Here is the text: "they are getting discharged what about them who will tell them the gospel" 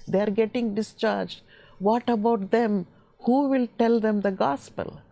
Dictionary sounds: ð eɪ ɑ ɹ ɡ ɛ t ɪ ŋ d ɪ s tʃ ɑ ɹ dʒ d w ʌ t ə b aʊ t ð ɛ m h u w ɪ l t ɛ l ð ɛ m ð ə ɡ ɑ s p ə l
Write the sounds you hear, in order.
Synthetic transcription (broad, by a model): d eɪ ɑ ɹ ɡ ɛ t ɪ ŋ d ɪ s tʃ ɑ ɹ dʒ d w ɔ t ə b aʊ t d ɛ m h u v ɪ l t ɛ l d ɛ m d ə ɡ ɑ s p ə l